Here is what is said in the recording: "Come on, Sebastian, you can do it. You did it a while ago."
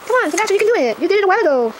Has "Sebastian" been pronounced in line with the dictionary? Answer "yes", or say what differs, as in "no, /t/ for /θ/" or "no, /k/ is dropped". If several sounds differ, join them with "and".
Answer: no, /b/ is dropped